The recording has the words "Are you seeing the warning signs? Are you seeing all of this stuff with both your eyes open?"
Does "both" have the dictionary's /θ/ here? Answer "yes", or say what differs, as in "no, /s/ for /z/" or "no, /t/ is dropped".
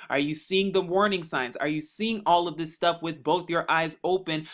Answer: yes